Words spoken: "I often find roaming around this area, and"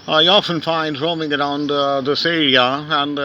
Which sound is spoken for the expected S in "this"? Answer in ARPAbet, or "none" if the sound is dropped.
S